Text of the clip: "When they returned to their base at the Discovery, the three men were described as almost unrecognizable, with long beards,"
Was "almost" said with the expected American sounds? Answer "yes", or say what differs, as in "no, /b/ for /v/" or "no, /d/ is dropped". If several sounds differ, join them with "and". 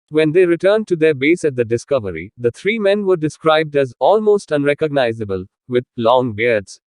yes